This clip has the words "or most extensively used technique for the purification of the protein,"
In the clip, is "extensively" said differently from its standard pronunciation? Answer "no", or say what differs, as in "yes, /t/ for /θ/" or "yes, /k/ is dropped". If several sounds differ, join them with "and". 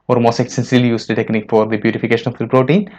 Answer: yes, /v/ is dropped